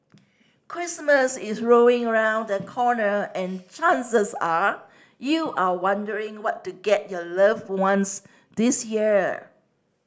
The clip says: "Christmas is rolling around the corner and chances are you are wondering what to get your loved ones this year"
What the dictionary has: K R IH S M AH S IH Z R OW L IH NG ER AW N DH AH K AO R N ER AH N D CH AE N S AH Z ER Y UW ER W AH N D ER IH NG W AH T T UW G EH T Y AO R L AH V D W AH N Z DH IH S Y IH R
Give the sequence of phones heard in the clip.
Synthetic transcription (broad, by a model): K R IH S M AH S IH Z R OW IH NG ER AW N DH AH K AO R N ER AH N CH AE N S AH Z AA Y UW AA W AH N D ER IH NG W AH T T UW G EH T Y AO L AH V W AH N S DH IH S Y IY R